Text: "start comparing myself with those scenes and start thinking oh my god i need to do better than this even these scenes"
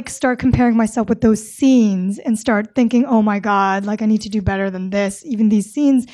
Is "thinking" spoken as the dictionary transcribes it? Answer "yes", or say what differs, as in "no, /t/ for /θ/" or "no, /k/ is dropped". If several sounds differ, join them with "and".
yes